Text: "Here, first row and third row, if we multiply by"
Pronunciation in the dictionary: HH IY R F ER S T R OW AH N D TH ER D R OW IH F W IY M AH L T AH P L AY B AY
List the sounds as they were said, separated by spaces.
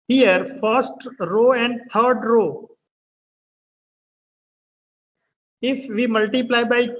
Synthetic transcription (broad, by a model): HH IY R F ER S T R OW AH N D T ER D R OW IH F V IY M AH L T AH P L AY B AY